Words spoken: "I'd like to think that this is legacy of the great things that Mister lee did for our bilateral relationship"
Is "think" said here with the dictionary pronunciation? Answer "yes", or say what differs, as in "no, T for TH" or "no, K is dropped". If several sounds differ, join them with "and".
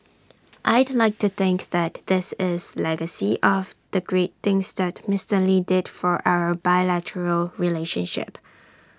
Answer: yes